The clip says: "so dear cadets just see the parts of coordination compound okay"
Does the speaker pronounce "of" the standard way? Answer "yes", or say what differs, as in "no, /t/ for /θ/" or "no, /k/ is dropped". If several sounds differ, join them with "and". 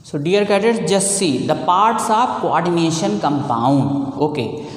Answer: no, /b/ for /v/